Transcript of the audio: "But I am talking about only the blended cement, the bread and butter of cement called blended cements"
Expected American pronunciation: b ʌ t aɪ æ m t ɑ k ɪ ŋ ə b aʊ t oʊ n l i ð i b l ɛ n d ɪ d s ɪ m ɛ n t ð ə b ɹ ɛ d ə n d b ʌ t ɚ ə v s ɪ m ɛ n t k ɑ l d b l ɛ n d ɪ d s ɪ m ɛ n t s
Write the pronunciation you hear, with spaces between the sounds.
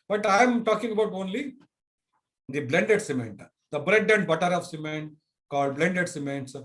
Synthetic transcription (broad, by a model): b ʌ t aɪ m t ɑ k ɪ ŋ ə b aʊ t oʊ n l i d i b l ɛ n d ɪ d s ɪ m ɛ n t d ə b ɹ ɛ d ə n d b ʌ t ɚ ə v s ɪ m ɛ n t k ɑ l d b l ɛ n d ɪ d s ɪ m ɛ n t s